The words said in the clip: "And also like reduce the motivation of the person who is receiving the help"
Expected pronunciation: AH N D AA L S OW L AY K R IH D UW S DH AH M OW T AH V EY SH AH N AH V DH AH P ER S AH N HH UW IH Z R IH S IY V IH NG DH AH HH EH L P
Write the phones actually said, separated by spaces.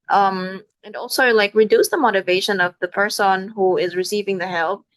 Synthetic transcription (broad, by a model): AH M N AA L S OW L AY K R IH D UW S DH AH M OW T AH V EY SH AH N AH V DH AH P ER S AH N HH UW IH Z R IH S IY V IH NG DH AH HH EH L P